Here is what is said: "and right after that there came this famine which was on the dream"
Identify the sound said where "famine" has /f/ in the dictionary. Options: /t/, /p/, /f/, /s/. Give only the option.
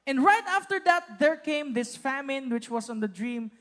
/f/